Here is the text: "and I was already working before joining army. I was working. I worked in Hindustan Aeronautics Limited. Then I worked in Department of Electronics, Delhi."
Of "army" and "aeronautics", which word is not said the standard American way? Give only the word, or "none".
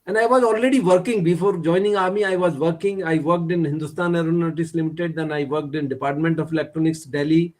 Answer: aeronautics